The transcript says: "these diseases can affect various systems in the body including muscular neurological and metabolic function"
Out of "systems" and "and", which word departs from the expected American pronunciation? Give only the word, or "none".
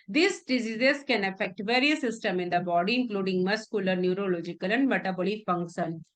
systems